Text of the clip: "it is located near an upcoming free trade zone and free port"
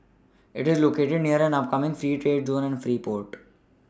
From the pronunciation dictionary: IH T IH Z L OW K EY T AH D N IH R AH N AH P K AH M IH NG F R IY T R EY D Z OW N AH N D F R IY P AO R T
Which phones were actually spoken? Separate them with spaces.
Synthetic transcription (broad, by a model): IH T IH Z L OW K EY T AH D N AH R AH N AH P K AH M IH NG F R IY T R EY D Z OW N AH N D F R IY P AO R T